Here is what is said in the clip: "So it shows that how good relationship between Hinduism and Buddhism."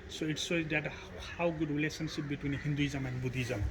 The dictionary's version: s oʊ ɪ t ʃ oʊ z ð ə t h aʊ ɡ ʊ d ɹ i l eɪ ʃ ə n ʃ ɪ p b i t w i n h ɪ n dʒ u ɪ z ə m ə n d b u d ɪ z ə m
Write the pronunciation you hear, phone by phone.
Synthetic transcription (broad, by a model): s oʊ ɪ t s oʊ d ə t h aʊ ɡ ʊ d ɹ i l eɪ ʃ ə n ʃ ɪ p b i t w i n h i n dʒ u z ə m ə n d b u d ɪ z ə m